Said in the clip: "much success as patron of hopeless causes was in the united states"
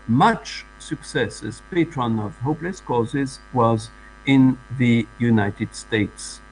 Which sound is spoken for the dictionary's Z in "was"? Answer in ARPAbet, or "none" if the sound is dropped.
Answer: Z